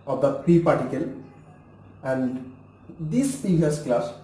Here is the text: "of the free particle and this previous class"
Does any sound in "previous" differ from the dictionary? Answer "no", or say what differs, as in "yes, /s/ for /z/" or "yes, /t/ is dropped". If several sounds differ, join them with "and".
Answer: yes, /ɹ/ is dropped